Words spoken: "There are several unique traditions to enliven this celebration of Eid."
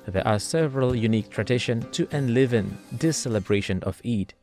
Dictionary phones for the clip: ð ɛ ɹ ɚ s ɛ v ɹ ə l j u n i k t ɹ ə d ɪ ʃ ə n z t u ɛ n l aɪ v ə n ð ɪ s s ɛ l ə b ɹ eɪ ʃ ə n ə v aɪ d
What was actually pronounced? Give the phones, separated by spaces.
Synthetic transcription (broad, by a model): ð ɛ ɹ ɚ s ɛ v ɹ ə l j u n i k t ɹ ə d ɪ ʃ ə n t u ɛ n l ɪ v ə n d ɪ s s ɛ l ə b ɹ eɪ ʃ ə n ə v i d